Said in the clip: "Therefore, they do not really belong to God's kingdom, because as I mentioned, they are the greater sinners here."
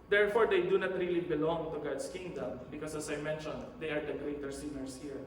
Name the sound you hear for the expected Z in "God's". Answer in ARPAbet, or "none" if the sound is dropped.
S